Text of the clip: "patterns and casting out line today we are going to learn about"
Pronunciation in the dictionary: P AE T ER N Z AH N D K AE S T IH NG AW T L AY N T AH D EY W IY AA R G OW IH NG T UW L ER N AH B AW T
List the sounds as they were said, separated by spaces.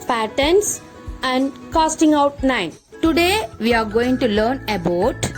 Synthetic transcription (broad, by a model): P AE T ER N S AH N D K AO S T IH NG AW T N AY N T AH D EY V IY AA R G OW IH NG T UW L ER N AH B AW T